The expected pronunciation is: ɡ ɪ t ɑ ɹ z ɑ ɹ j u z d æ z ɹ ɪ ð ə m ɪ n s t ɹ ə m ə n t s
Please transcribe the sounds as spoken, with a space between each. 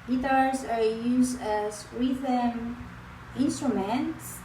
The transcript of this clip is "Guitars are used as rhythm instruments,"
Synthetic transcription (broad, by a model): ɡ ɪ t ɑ ɹ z ɑ ɹ j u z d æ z w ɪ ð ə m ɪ n s t ɹ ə m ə n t s